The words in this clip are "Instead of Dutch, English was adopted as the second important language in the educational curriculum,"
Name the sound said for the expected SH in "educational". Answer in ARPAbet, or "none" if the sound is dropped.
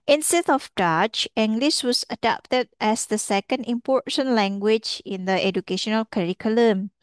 SH